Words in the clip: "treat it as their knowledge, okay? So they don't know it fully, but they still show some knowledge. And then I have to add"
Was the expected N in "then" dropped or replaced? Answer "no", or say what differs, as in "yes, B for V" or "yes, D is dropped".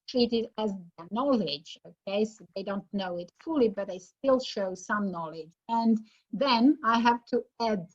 no